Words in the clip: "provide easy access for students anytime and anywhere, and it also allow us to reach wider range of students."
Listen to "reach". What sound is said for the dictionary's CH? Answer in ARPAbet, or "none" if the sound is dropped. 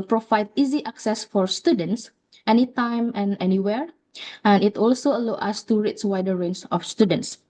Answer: S